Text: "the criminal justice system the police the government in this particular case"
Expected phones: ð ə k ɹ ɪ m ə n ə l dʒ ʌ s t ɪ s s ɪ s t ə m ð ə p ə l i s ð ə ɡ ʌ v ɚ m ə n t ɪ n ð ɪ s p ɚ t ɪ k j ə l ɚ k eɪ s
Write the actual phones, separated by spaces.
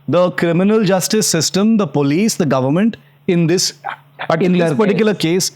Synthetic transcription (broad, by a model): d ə k ɹ ɪ m ə n ə l dʒ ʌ s t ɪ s s ɪ s t ə m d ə p ə l i s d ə ɡ ʌ v ɚ m ə n t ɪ n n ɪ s p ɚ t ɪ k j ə l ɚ k eɪ s